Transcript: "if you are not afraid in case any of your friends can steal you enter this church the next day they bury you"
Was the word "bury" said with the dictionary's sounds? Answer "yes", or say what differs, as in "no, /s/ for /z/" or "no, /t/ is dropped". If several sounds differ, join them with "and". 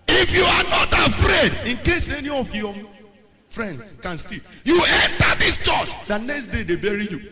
yes